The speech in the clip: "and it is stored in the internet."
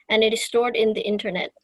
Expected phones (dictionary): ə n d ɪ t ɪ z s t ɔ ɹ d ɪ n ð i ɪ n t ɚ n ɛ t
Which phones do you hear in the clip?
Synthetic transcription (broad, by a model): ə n ɪ t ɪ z s t ɔ ɹ d ɪ n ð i ɪ n t ɚ n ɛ t